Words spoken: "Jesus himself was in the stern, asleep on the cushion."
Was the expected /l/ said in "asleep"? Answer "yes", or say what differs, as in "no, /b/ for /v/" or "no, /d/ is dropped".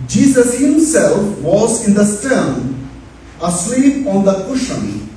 no, /w/ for /l/